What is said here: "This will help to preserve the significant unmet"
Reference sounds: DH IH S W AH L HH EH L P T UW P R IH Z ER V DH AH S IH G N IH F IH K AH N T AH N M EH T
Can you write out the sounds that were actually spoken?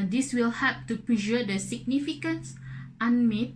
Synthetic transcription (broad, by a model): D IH S W AH L HH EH P T UW P R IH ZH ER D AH S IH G N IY F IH K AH N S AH N M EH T